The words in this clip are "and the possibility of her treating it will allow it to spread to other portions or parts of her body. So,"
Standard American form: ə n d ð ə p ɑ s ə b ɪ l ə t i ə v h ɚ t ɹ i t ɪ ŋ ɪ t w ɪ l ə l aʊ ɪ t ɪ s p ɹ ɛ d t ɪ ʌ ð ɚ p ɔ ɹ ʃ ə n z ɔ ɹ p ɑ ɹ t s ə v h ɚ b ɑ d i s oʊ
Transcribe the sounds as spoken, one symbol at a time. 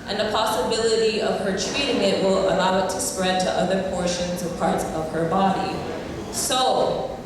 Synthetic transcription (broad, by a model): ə n ð ə p ɑ s ə b ɪ l ə t i ə v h ɚ t ɹ i t ɪ ŋ ɪ t w ɪ l ə l aʊ ɪ t ɪ s p ɹ ɛ d t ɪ ʌ ð ɚ p ɔ ɹ ʃ ə n z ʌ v p ɑ ɹ t s ə v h ɚ b ɑ d i s oʊ